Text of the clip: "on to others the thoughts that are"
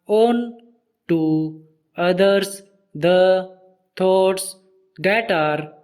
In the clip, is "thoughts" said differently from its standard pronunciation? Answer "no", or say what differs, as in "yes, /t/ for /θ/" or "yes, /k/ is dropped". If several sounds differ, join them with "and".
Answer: yes, /t/ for /θ/